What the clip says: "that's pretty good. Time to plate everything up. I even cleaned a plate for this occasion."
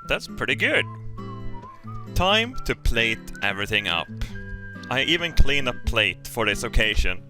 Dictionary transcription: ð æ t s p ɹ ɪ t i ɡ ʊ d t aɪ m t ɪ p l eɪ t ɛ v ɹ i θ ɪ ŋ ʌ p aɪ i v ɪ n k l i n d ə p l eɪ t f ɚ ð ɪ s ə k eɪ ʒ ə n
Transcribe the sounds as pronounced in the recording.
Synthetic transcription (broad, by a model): ð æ t s p ɹ ɪ t i ɡ ʊ d t aɪ m t ɪ p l eɪ t ɛ v ɹ i θ ɪ ŋ ʌ p aɪ i v ɪ n k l i n ə p l eɪ t f ɚ ð ɪ s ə k eɪ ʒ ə n